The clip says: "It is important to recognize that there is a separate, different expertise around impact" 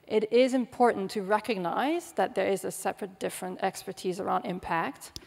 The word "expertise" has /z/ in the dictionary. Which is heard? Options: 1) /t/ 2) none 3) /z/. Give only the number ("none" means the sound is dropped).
3